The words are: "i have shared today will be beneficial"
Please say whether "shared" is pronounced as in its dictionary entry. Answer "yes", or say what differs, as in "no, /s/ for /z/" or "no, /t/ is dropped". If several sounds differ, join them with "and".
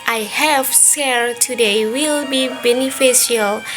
no, /s/ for /ʃ/